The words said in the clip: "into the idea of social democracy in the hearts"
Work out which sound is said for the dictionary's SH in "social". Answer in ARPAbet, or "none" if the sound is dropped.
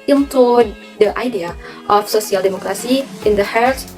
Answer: S